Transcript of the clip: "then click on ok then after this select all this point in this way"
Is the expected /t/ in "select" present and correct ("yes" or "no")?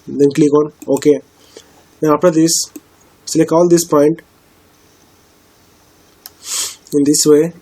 no